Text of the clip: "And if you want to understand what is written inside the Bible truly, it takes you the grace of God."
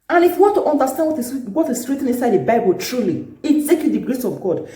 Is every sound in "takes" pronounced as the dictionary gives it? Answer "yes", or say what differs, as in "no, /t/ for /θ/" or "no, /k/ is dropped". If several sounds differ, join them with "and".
no, /s/ is dropped